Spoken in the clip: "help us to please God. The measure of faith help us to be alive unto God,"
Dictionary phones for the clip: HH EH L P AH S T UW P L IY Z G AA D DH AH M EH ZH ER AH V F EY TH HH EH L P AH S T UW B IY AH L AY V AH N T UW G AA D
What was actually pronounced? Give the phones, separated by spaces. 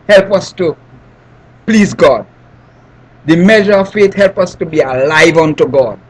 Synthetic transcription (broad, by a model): HH EH L P AH S T UW P L IY Z G AA D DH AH M EH ZH ER AH V F EY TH HH EH L P AH S T UW B IY AH L AY V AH N T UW G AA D